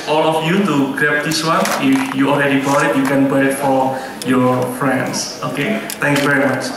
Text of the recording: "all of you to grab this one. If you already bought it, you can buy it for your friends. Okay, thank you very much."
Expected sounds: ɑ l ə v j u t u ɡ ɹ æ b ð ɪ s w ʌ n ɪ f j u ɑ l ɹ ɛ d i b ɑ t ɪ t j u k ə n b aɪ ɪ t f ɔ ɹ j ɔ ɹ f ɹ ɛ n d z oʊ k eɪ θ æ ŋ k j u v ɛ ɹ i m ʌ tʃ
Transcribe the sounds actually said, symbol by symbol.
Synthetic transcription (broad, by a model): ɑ l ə f j u t u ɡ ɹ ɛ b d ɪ s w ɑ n ɪ f j u ɑ l ɹ ɛ d i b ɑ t ɪ t j u k ə n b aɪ ɪ t f ɔ ɹ j ɔ ɹ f ɹ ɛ n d s oʊ k eɪ t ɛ ŋ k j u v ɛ ɹ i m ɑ tʃ